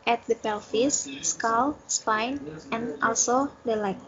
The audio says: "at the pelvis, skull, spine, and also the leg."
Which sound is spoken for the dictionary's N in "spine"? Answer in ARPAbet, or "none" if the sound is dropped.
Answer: N